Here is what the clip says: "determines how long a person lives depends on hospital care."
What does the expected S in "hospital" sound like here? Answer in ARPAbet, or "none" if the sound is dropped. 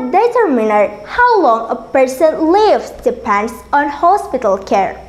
S